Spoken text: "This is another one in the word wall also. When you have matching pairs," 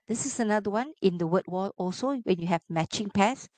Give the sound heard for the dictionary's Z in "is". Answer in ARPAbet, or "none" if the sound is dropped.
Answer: S